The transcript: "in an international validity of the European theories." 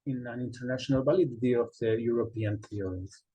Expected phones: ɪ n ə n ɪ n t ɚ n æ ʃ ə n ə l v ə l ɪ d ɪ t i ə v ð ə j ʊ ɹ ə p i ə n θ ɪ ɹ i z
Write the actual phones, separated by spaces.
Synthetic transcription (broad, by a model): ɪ n ə n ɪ n t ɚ n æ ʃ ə n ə l b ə l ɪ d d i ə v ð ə j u ɹ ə p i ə n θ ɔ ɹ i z